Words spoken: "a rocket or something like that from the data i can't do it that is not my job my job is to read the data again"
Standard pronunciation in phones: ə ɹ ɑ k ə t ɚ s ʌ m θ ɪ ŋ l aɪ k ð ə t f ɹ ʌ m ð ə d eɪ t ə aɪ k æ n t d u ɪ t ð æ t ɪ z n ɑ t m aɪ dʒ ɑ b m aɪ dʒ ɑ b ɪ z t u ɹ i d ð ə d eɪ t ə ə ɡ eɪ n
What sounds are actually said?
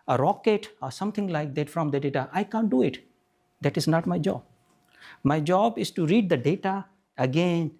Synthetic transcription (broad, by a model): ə ɹ ɑ k ə t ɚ s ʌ m t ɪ ŋ l aɪ k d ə t f ɹ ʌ m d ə d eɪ t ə aɪ k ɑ n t d u ɪ t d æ t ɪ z n ɑ t m aɪ dʒ ɑ b m aɪ dʒ ɑ b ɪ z t u ɹ i d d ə d eɪ t ə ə ɡ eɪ n